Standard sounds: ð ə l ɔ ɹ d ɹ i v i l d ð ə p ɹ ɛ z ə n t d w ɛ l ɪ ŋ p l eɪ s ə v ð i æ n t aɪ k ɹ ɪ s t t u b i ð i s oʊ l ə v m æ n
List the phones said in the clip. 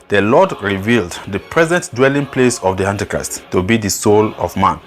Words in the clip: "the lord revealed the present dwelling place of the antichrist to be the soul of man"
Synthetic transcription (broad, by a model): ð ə l ɔ d ɹ i v i l d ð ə p ɹ ɛ z ə n t d w ɛ l ɪ ŋ p l eɪ s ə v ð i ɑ n t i k ɹ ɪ s t t u b i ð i s oʊ l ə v m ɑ n